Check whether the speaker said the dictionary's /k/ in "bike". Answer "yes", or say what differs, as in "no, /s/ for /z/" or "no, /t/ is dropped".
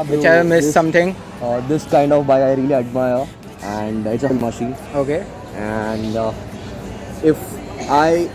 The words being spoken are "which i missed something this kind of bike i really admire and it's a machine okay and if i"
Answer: no, /k/ is dropped